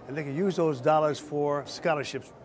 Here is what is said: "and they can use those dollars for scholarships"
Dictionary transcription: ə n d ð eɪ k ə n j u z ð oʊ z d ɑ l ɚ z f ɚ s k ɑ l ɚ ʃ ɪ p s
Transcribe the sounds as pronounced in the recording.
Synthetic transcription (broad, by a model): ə n ð eɪ k ə n j u z ð oʊ z d ɑ l ɚ z f ɚ s k ɑ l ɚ ʃ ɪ p s